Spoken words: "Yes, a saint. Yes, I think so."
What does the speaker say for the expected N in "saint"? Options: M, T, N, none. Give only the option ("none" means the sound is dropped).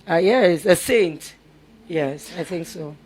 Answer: N